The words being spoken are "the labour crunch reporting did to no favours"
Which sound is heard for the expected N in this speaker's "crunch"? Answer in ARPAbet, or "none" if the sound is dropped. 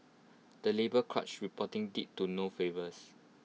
none